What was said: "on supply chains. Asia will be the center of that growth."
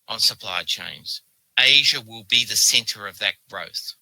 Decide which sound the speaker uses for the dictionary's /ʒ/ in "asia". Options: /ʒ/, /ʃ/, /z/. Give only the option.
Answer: /ʒ/